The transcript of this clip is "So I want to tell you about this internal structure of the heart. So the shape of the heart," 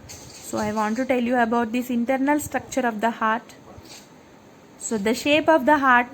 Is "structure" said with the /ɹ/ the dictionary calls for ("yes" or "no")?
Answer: yes